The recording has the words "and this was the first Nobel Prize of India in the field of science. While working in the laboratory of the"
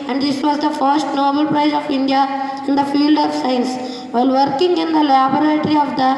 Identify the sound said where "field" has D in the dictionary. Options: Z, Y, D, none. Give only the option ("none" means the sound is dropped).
D